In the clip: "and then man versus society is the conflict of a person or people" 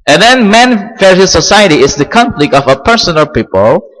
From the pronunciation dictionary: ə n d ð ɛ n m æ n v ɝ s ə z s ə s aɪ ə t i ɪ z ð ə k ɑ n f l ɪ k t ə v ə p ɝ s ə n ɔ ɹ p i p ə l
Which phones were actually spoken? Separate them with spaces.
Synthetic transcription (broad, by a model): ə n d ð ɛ n m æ n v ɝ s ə s ə s aɪ ə t i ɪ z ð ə k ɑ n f l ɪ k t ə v ə p ɝ s ə n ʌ l p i p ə l